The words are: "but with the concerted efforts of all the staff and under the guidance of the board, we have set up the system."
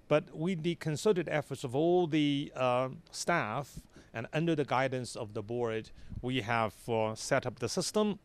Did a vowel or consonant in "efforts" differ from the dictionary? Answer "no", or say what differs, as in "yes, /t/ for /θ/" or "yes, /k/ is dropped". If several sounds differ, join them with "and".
no